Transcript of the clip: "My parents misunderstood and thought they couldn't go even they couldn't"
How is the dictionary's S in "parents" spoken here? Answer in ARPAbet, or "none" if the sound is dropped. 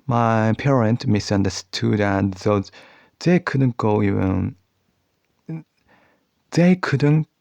none